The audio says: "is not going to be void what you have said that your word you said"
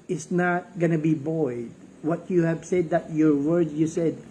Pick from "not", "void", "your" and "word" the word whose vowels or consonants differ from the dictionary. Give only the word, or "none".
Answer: void